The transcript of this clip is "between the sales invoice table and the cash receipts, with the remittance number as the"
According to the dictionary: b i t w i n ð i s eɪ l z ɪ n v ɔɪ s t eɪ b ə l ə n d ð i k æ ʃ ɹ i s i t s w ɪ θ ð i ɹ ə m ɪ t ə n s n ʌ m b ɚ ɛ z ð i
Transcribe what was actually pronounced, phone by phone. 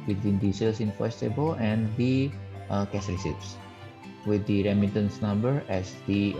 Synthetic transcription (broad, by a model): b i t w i n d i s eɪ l s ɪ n f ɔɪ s t eɪ b ə l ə n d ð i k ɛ s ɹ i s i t s w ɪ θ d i ɹ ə m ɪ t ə n s n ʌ m b ɚ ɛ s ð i